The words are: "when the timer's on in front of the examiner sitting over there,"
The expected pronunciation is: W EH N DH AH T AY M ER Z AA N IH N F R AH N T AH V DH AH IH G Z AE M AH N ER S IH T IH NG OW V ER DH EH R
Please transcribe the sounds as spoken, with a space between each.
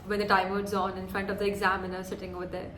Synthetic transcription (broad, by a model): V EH N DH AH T AY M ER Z AA N IH N F R AH N T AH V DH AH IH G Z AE M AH N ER S IH T IH NG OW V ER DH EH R